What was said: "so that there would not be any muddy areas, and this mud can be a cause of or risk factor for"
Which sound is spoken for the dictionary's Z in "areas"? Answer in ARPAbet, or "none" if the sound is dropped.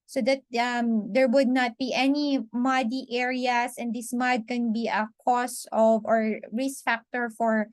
S